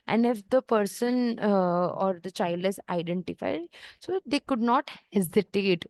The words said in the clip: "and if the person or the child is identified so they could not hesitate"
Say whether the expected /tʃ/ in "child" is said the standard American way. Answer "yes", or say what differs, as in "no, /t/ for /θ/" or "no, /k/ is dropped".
yes